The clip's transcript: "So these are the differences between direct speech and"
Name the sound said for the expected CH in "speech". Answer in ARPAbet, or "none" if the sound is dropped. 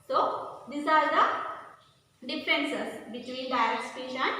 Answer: SH